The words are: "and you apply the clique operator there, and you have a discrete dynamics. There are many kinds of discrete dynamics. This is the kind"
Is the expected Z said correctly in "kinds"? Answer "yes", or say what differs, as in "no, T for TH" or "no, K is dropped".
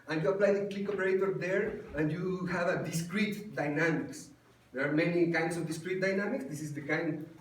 no, S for Z